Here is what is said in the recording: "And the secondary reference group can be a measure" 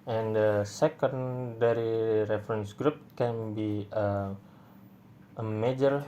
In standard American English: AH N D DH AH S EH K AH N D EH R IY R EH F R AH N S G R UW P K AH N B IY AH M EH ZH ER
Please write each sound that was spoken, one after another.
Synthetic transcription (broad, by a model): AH N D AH S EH K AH N D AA R IY R EH F R AH N S G R UW P K AH N B IY AH M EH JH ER